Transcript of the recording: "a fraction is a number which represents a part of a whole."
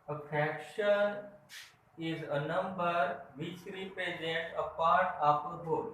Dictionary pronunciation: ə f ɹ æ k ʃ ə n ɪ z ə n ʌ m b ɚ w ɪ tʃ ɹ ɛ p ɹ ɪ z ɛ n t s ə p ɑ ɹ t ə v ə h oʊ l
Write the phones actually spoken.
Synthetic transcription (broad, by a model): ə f ɹ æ k ʃ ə n ɪ z ə n ʌ m b ɚ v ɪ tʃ ɹ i p ɹ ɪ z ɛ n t ə p ɑ ɹ t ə p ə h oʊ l